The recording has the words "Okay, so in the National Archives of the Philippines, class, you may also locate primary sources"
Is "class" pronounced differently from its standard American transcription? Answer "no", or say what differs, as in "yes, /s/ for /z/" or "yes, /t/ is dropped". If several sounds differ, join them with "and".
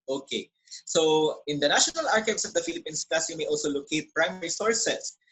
yes, /l/ is dropped